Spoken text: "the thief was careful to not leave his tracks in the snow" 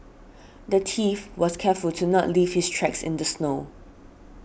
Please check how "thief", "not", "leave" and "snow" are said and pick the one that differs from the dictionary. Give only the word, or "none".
thief